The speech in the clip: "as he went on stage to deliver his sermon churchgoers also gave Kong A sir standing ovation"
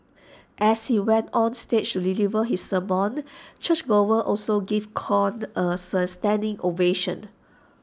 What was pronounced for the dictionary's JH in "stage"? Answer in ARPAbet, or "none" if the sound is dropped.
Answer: CH